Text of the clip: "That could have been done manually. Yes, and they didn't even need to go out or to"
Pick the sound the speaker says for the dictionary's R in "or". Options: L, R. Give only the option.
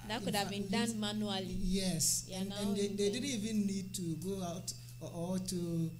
L